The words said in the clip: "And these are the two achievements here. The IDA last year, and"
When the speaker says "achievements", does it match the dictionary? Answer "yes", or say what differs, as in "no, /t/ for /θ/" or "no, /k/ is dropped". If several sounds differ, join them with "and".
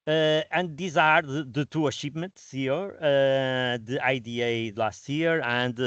no, /ʃ/ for /tʃ/ and /p/ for /v/